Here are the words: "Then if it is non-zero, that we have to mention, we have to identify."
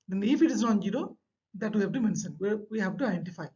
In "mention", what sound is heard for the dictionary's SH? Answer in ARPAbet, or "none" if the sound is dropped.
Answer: S